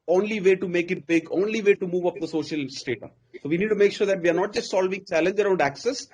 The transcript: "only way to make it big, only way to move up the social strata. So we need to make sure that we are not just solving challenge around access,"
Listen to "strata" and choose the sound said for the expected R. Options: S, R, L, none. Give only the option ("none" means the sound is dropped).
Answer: none